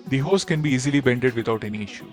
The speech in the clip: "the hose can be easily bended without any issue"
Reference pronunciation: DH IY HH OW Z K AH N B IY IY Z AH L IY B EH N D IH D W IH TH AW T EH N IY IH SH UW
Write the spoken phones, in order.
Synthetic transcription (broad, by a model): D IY HH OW S K AH N B IY IY Z AH L IY B EH N D IH D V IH T AW T EH N IY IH SH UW